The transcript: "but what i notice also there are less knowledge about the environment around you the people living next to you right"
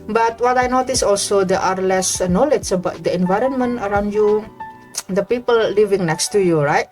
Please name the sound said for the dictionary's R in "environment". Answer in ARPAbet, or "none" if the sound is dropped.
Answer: R